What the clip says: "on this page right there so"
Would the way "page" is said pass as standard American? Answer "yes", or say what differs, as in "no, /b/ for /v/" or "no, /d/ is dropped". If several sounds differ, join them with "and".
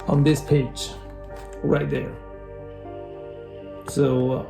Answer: yes